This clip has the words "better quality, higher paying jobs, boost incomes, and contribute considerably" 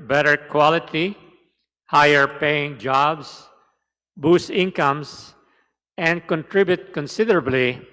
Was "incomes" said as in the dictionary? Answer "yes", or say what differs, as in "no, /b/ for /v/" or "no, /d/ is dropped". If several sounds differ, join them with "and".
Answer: no, /s/ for /z/